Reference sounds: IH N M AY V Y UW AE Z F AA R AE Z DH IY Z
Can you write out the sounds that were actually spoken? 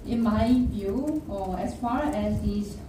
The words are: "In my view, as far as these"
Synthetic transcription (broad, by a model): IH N M AY B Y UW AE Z F AA R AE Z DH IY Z